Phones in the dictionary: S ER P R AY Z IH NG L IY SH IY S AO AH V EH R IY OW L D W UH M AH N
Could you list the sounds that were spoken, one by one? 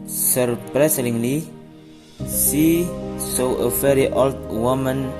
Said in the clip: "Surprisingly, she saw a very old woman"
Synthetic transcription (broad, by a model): S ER P R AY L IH NG L IY S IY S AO AH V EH R IY OW L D W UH M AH N